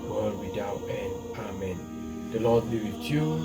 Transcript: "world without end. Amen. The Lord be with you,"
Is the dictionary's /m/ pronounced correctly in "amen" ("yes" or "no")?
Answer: yes